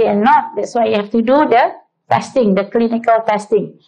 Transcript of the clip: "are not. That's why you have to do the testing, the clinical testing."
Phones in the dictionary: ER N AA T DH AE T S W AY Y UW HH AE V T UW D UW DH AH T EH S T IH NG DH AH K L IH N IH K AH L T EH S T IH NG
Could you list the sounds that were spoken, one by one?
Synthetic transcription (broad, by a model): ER N AA T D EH T S W AY Y UW HH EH F T UW D UW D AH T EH S T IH NG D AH K L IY N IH K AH L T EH S T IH NG